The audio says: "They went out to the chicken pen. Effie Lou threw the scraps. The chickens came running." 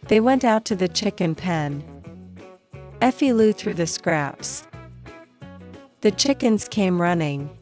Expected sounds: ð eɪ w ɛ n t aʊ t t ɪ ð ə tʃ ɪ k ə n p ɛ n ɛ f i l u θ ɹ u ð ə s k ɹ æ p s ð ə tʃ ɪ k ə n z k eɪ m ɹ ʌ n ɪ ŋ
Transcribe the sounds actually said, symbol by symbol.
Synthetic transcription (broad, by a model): ð eɪ w ɛ n t aʊ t t ɪ ð ə tʃ ɪ k ə n p ɛ n ɛ f i l u θ ɹ u ð ə s k ɹ æ p s ð ə tʃ ɪ k ə n z k eɪ m ɹ ʌ n ɪ ŋ